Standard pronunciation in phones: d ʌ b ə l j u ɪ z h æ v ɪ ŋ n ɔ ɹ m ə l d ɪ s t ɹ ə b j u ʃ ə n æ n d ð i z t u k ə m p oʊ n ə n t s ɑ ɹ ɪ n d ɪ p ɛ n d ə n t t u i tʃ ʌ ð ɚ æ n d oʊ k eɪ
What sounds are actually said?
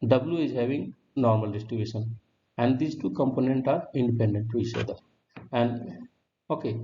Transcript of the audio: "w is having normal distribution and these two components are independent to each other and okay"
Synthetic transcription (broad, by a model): d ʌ b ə l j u ɪ z h æ v ɪ ŋ n ɔ ɹ m ə l d ɪ s t ɹ ə b j u ʃ ə n æ n d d i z t u k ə m p oʊ n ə n t ɑ ɹ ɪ n d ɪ p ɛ n d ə n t t u i tʃ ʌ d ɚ æ n d oʊ k eɪ